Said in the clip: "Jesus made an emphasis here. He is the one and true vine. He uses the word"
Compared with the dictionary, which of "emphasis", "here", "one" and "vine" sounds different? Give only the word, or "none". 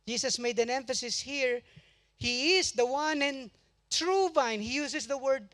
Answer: none